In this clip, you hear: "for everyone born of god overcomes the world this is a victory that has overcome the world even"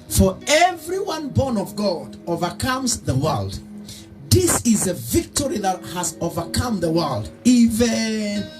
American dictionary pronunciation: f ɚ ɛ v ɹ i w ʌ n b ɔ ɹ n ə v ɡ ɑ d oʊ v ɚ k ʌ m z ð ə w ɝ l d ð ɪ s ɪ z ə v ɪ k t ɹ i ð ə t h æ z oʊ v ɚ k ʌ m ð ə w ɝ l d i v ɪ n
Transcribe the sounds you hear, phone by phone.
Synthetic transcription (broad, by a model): f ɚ ɛ v ɹ i w ʌ n b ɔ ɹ n ə v ɡ ɑ d oʊ v ɚ k ʌ m z ð ə w ɝ l d ð ɪ s ɪ z ə v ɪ k t ɹ i ð ə t h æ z oʊ v ɚ k ʌ m ð ə w ɝ l d i v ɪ n